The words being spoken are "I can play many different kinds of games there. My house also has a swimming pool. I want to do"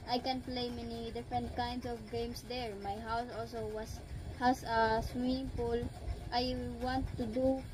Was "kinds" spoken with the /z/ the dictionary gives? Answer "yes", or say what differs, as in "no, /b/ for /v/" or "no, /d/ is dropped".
no, /s/ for /z/